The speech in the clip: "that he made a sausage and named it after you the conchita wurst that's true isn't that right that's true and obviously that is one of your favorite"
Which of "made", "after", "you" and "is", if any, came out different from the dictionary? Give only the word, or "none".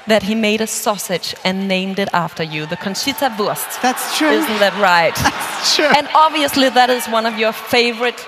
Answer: none